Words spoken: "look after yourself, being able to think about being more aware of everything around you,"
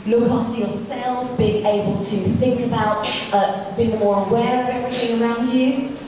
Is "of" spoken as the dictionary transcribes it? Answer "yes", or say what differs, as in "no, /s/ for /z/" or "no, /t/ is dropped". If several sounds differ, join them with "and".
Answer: yes